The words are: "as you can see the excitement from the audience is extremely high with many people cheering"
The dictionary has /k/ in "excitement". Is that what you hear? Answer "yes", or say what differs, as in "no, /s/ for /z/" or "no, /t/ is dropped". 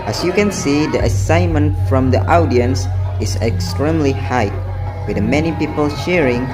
no, /k/ is dropped